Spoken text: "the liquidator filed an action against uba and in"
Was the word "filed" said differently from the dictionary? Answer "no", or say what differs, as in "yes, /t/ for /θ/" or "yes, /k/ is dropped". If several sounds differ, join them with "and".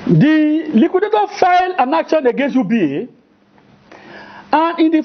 yes, /d/ is dropped